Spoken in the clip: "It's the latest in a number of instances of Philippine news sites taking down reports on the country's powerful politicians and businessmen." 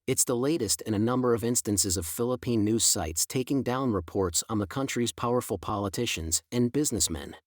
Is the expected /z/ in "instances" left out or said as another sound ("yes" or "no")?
no